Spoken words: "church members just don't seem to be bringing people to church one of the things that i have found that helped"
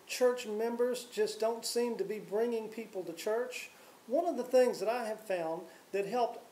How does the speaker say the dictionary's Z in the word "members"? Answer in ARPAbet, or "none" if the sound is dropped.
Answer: Z